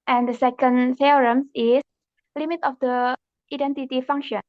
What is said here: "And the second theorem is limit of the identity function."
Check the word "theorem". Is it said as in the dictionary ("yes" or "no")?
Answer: no